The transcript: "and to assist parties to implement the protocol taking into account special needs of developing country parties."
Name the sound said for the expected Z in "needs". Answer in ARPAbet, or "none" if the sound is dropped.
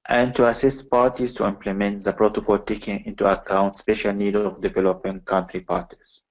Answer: none